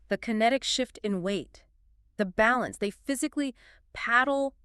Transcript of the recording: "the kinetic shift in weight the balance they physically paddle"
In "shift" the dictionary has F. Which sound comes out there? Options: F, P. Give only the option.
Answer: F